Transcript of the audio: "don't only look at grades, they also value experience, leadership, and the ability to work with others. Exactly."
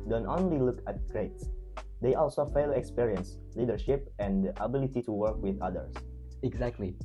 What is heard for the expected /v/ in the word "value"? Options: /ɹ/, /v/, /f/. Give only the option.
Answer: /f/